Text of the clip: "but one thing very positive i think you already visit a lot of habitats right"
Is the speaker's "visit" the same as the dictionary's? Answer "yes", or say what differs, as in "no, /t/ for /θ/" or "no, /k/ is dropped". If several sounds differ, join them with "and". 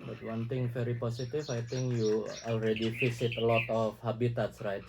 no, /f/ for /v/ and /s/ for /z/